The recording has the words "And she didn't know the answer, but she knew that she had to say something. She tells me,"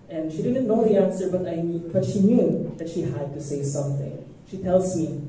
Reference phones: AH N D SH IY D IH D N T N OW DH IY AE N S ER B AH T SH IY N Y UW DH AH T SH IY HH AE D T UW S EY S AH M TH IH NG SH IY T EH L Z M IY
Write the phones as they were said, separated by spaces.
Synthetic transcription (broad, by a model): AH N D SH IY D IH D N T N OW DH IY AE N S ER B AH T SH IY N Y UW DH AH T SH IY HH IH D T UW S EY S AH M TH IH NG SH IY T EH L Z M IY